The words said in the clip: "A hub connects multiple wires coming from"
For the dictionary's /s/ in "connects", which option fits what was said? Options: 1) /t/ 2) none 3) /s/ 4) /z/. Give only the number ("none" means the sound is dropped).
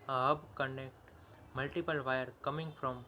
2